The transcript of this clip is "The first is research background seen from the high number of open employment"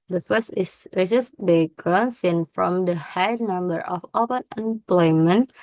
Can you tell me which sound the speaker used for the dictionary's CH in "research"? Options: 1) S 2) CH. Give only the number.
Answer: 1